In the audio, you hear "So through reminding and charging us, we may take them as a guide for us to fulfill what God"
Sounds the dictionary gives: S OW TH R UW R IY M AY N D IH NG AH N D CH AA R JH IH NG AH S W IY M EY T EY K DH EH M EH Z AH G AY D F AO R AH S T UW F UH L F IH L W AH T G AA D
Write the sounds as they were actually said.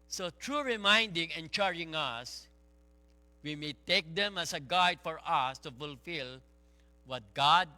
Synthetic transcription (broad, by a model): S OW T R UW R IY M AY N D IH NG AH N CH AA R IH NG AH S W IY M EY T EY K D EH M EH S AH G AY D F AO R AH S T UW F UH L F IH L W AH T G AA D